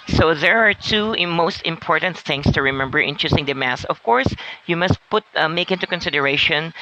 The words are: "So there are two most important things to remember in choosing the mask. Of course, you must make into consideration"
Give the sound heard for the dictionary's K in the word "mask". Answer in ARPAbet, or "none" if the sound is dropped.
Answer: none